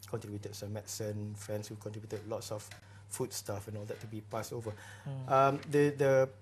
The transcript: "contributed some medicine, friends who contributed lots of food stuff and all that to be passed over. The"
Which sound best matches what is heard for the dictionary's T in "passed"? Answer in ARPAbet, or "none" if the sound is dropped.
none